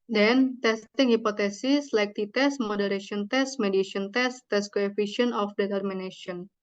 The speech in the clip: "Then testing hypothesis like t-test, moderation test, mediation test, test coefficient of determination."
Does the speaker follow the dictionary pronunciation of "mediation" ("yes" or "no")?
no